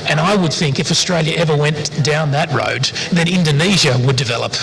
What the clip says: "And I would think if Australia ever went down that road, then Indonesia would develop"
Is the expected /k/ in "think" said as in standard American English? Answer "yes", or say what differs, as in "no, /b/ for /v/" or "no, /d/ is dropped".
yes